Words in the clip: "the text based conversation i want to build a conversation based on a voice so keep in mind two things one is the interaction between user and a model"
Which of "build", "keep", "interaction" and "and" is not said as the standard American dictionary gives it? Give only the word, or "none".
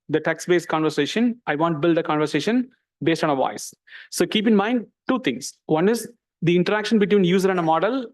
none